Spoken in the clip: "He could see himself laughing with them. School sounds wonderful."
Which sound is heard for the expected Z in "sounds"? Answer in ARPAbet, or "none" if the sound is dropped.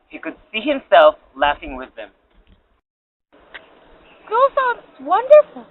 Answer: none